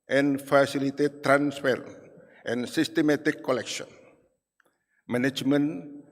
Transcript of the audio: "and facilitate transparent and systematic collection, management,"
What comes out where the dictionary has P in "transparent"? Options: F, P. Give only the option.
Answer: F